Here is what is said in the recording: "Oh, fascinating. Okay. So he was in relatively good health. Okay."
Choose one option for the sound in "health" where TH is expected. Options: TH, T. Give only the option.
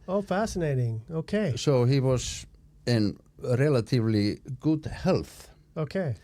TH